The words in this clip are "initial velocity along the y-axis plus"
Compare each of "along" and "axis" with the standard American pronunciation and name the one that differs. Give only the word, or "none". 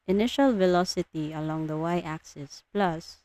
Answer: none